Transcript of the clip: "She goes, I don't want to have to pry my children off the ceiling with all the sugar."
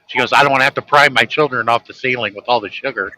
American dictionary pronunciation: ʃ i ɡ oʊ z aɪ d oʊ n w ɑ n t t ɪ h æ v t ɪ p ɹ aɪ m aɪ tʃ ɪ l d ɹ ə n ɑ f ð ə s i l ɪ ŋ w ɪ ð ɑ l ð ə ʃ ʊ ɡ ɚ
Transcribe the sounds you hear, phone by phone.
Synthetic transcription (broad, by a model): ʃ i ɡ oʊ z aɪ d oʊ n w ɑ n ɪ h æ f t ɪ p ɹ aɪ m aɪ tʃ ɪ l d ɹ ə n ɑ f ð ə s i l ɪ ŋ w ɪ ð ɑ l ð ə ʃ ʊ ɡ ɚ